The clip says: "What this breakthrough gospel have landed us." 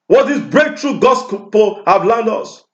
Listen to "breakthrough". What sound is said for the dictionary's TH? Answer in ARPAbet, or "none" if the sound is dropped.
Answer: T